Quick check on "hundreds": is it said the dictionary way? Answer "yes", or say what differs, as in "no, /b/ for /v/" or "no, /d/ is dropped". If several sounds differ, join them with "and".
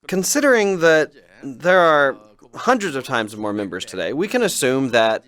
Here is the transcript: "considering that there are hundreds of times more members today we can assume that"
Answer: yes